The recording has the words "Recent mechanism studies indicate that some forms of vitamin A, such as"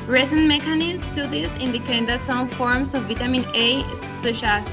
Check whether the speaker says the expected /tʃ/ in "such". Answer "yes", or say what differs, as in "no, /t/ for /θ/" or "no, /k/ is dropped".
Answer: no, /ʃ/ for /tʃ/